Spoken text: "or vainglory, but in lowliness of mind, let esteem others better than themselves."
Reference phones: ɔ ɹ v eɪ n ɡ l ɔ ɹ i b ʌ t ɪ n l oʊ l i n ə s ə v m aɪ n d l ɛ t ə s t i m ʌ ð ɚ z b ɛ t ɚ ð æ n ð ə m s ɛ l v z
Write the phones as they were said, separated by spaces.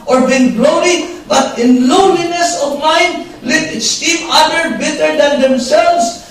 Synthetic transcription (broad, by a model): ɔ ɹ b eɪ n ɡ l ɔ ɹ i b ʌ t ɪ n l oʊ l i n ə s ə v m aɪ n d l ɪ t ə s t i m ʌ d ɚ b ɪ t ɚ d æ n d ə m s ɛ l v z